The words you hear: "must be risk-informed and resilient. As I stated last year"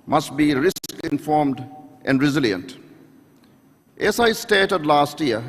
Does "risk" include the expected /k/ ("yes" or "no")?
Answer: yes